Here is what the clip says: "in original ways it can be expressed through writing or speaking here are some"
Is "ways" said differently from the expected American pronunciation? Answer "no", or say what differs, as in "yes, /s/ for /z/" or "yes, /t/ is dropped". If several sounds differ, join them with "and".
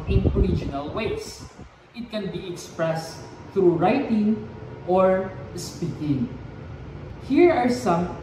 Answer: yes, /s/ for /z/